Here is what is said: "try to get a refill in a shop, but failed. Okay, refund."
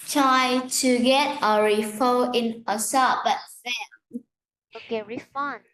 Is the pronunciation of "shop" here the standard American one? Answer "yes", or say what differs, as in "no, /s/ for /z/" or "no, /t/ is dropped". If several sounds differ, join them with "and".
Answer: no, /s/ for /ʃ/